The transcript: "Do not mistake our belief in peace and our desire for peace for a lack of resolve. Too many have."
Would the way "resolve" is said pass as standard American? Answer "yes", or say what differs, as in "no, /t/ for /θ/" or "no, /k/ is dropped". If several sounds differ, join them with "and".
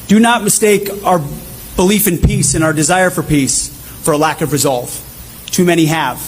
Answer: yes